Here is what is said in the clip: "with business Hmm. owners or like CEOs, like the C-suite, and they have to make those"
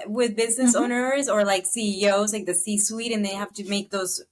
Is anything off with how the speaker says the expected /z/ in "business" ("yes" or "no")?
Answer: no